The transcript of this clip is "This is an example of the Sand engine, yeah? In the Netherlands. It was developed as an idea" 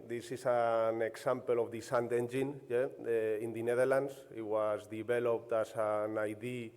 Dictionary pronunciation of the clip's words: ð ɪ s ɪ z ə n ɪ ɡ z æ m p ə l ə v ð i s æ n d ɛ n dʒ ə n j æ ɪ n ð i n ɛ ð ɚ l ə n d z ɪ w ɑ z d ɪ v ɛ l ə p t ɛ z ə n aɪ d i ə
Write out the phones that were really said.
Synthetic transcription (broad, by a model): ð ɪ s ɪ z ə n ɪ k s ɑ m p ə l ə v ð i s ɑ n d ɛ n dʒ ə n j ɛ ɪ n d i n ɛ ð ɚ l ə n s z ɪ w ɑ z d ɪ b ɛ l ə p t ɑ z ə n aɪ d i